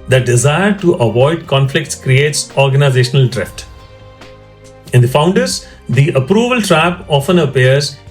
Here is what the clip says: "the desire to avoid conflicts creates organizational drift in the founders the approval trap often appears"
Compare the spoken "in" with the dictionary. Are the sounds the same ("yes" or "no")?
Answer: yes